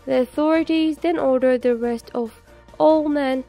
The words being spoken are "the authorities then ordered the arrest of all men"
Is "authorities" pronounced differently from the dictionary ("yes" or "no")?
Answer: no